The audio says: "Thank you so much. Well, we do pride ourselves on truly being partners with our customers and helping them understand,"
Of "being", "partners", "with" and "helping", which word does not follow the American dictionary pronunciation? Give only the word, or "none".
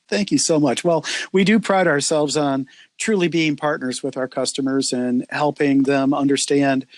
none